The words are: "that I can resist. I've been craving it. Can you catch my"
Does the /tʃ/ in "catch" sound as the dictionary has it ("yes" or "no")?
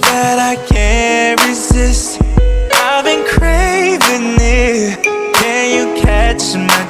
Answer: yes